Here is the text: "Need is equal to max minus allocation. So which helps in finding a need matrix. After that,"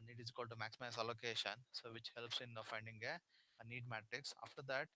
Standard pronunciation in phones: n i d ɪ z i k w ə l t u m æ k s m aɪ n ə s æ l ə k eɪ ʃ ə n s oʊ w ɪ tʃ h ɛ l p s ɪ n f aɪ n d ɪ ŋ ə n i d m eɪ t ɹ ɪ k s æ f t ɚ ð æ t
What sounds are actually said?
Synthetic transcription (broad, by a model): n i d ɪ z k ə l t u m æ k s m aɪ ə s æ l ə k eɪ ʃ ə n s oʊ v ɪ tʃ h ɛ l p s ɪ n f aɪ n d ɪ ŋ ə n i d m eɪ t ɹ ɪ k s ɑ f t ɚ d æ t